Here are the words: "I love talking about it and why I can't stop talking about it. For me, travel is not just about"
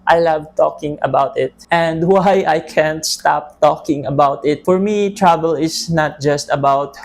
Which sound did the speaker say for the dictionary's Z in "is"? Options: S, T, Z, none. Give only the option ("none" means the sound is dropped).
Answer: S